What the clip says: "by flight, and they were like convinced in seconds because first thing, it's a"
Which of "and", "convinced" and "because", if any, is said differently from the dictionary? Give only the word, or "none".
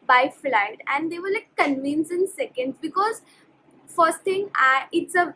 convinced